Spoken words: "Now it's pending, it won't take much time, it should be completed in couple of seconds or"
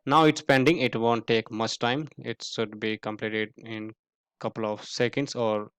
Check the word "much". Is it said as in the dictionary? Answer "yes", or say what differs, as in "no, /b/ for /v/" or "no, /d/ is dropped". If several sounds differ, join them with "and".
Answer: yes